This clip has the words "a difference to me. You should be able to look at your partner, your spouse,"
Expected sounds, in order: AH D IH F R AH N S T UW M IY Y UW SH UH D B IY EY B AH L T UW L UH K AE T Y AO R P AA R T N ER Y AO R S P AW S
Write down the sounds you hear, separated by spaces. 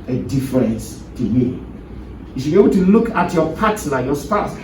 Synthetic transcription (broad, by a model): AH D IH F R AH N S T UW M IY Y UW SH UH B IY EY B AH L T UW L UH K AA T Y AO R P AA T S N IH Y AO S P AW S